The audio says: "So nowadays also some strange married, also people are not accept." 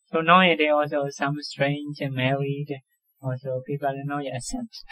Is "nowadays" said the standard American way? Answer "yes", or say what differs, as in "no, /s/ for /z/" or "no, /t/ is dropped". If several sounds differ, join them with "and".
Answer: no, /z/ is dropped